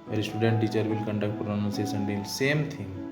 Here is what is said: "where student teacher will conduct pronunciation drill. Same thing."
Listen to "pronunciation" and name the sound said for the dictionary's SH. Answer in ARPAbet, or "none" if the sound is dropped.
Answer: S